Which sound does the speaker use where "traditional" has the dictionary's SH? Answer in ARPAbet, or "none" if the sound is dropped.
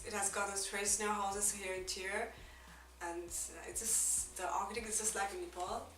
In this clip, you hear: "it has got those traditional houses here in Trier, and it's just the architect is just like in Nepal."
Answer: S